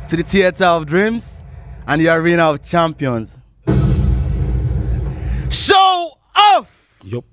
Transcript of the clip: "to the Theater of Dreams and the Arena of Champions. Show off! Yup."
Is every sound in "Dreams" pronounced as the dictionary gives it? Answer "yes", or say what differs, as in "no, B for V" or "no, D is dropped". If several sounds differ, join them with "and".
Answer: yes